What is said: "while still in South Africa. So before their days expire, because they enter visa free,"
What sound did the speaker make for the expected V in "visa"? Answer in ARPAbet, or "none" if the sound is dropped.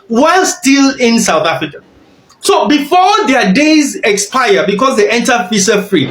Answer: F